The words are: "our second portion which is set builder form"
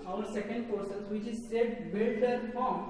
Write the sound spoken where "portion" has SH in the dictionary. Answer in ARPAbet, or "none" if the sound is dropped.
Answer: S